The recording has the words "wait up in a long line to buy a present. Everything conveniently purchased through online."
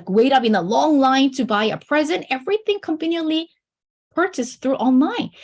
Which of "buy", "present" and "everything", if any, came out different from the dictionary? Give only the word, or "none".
none